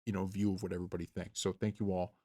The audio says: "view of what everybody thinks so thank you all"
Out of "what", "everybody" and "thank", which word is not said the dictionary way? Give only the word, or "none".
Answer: none